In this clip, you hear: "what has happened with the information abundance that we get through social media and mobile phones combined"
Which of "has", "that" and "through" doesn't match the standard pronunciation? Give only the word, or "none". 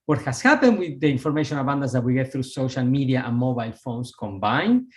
has